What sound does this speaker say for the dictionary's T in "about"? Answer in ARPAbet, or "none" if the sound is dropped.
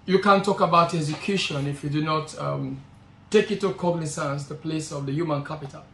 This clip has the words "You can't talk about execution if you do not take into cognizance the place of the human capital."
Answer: T